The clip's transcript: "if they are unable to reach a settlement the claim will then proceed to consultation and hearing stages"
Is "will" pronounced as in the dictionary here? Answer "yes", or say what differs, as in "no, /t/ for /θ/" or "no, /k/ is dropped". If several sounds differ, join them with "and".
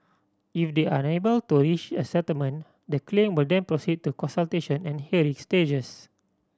yes